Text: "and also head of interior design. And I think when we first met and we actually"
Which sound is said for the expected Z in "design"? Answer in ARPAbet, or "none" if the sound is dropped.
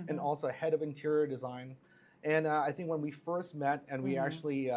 Z